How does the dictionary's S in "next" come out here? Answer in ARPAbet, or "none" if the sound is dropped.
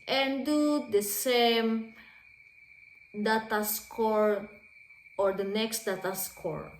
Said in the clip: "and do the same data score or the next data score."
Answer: S